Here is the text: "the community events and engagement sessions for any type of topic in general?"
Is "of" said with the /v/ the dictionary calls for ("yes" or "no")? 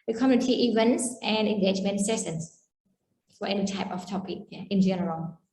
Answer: no